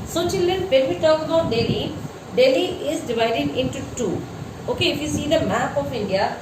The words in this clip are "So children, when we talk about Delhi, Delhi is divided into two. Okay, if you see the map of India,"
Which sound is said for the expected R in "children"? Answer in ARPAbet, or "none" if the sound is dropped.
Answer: none